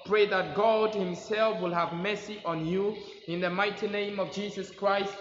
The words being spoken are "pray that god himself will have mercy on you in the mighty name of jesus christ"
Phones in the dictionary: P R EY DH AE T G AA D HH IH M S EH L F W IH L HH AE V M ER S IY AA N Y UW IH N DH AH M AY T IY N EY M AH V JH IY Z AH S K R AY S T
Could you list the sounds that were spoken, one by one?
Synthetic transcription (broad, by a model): P R EY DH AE T G AA D HH IH M S EH L F W IH L HH AE V M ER S IY AA N Y UW IH N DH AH M AY T IY N EY M AH V JH IY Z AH S K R AY S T